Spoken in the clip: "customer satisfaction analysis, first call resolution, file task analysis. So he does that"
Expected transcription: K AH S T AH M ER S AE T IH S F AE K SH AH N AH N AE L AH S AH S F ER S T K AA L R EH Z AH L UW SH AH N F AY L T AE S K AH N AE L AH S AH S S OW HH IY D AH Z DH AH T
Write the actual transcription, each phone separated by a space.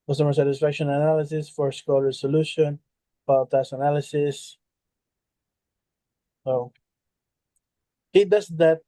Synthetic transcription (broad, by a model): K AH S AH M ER S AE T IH S F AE K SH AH N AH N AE L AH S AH S F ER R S K AA L R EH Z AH L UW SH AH N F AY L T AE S AH N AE L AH S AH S S OW HH IY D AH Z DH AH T